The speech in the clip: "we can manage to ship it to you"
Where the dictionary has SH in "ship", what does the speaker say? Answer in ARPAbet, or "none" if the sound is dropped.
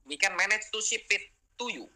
S